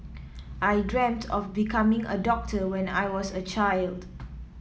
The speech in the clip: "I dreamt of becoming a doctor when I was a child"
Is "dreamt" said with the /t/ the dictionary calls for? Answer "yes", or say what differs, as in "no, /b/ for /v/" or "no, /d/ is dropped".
yes